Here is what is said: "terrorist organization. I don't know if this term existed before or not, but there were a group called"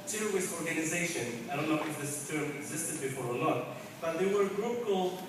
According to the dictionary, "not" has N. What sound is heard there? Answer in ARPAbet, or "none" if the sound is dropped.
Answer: L